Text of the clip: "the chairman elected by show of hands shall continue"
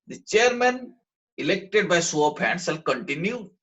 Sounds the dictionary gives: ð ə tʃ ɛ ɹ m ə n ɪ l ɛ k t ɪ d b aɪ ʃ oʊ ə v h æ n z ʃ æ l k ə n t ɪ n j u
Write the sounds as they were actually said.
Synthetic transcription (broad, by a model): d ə tʃ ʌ ɹ m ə n ɪ l ɛ k t ɪ d b aɪ s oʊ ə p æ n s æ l k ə n t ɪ n j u